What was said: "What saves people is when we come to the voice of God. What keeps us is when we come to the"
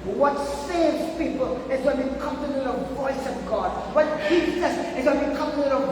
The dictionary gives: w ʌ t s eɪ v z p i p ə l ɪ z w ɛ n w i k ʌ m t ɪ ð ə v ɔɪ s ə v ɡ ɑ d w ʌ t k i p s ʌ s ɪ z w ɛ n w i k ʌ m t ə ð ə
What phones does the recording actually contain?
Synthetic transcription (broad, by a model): w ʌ t s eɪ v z p i p ə l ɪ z w ɛ n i k ʌ m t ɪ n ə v ɔɪ s ə v ɡ ɑ d w ʌ t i s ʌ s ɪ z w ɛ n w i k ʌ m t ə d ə